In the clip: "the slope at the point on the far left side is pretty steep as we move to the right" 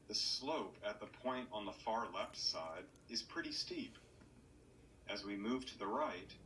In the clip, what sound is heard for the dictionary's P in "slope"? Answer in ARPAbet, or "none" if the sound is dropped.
P